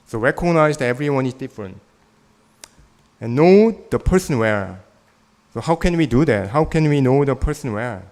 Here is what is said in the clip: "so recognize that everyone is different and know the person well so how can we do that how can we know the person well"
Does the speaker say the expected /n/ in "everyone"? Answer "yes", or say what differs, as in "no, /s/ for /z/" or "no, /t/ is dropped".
yes